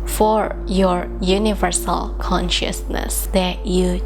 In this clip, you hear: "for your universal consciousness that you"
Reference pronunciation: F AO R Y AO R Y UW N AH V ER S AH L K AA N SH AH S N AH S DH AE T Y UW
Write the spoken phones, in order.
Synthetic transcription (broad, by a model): F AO R Y AO R Y UW N AH V ER S AH L K AA N SH AH S N AH S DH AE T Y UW